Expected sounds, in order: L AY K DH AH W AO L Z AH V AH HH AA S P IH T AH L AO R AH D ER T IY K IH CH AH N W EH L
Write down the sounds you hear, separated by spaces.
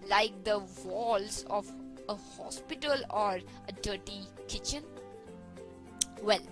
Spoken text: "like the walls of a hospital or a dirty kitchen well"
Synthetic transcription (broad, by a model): L AY K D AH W AO L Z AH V AH HH AA S P IH T AH L AO R AH D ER T IY K IH CH AH N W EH L